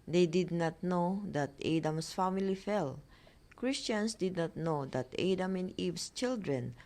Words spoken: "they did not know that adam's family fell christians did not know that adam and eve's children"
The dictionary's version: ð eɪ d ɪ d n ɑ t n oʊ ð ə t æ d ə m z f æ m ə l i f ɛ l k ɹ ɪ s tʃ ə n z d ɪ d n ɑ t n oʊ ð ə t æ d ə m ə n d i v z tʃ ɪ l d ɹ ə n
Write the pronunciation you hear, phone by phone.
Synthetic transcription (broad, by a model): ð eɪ d ɪ d n ɑ t n oʊ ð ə t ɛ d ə m s f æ m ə l i f ɛ l k ɹ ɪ s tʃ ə n s d ɪ d n ɑ t n oʊ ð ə t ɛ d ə m ə n d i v s tʃ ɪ l d ɹ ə n